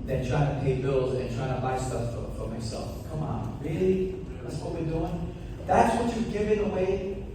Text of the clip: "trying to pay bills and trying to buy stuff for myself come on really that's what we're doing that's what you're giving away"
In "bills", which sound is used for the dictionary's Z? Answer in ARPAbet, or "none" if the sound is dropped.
Z